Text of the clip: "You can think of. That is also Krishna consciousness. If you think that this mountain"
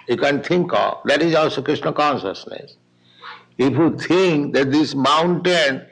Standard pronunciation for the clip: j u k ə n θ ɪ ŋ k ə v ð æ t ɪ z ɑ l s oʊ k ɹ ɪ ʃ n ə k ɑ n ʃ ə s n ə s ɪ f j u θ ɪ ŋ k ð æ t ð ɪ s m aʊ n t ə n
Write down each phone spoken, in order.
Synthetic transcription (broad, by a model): j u k ə n t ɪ ŋ k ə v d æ t ɪ z ɑ l s oʊ k ɹ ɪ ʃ n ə k ɑ n ʃ ə s n ə s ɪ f j u t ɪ ŋ k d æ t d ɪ s m aʊ n t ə n